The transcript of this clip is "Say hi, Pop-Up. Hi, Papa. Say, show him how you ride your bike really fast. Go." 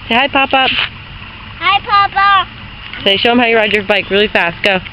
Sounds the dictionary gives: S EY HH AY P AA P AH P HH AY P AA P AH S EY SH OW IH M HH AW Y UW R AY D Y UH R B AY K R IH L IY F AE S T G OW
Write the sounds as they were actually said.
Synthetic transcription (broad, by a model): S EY HH AY P AA P AH P HH AY P AA P AH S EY SH OW IH M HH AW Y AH R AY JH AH R B AY K R IH L IY F AE S T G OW